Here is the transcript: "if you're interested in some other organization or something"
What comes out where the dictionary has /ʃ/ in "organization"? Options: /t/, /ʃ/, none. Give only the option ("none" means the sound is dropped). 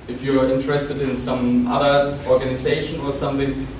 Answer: /ʃ/